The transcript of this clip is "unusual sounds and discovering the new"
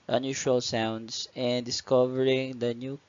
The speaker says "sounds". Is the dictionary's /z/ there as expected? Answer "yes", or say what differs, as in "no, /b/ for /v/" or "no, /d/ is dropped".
no, /s/ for /z/